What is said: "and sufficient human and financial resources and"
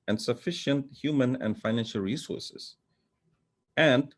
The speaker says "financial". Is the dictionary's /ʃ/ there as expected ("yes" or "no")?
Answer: yes